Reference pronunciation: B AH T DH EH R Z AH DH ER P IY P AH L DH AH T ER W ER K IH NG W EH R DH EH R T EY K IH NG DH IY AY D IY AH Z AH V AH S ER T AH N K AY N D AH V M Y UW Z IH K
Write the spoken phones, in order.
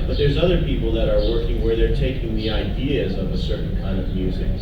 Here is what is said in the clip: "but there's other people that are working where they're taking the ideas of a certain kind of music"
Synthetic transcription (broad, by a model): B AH T DH EH R Z AH DH ER P IY P L DH AH T ER W ER K IH NG W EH R DH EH R T EY K IH NG DH IY AY D IY AH Z AH V AH S ER T N K AY N D AH V M Y UW Z IH K